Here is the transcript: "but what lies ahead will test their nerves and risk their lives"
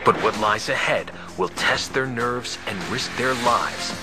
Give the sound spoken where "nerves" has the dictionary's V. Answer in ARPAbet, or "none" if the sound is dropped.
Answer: V